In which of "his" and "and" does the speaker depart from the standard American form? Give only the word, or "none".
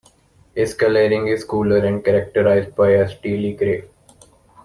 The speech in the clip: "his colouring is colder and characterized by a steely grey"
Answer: his